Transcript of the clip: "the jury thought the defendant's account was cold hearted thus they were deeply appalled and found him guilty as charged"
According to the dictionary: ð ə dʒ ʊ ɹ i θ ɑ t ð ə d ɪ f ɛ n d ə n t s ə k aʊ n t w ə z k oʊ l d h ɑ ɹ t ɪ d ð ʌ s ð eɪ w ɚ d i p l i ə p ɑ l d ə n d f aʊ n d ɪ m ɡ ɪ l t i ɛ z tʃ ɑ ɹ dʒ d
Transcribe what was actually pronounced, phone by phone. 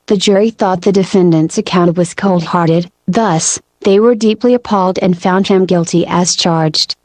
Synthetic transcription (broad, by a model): ð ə dʒ ʊ ɹ i θ ɑ t ð ə d ɪ f ɛ n d ə n t s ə k aʊ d w ə z k oʊ l d h ɑ ɹ t ɪ d ð ʌ s ð eɪ w ɚ d i p l i ə p ɑ l d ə n f aʊ n d ɪ m ɡ ɪ l t i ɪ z tʃ ɑ ɹ dʒ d